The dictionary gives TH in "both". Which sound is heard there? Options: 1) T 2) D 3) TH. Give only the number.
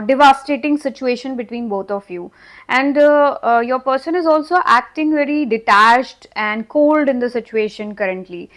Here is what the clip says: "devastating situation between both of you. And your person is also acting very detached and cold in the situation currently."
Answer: 1